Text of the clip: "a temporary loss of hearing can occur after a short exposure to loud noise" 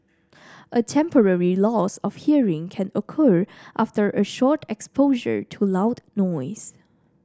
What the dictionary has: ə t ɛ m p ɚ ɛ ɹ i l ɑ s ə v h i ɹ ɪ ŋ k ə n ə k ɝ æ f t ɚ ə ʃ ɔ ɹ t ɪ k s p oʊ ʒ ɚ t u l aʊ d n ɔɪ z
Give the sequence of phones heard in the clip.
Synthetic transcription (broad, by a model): ə t ɛ m p ɚ ɛ ɹ i l ɑ s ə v h i ɹ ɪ ŋ k ə n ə k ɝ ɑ f t ɚ ə ʃ ɔ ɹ t ɪ k s p oʊ ʒ ɚ t u l aʊ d n ɔɪ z